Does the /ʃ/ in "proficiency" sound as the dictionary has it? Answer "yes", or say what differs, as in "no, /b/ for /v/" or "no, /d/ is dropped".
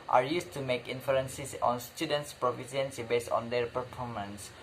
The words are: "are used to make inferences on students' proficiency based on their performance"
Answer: no, /s/ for /ʃ/